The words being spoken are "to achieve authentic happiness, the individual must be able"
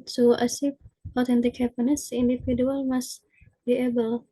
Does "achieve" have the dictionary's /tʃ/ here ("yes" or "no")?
no